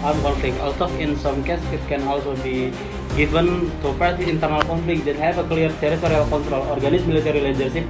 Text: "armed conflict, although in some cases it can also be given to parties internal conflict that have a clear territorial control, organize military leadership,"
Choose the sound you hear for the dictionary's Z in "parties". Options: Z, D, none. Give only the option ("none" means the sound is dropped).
none